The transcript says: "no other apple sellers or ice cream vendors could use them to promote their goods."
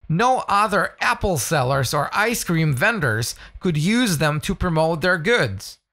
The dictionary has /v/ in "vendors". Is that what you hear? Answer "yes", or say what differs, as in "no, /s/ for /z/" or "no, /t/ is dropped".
yes